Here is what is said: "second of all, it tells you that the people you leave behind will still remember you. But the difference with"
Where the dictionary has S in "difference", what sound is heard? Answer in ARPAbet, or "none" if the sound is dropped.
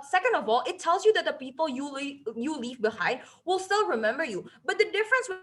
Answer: S